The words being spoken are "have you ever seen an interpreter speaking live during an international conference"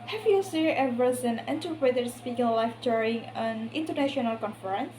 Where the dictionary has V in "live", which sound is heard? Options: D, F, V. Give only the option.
F